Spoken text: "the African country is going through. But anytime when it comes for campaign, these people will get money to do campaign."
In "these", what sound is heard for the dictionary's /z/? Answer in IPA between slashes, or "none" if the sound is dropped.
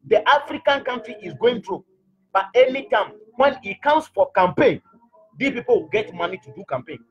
none